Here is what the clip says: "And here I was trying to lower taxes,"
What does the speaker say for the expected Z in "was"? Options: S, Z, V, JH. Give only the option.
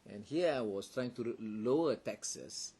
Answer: S